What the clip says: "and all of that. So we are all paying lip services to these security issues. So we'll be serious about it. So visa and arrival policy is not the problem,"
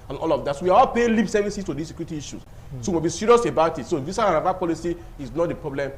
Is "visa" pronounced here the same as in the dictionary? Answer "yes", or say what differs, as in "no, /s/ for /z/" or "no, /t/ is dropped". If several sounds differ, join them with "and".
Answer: no, /s/ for /z/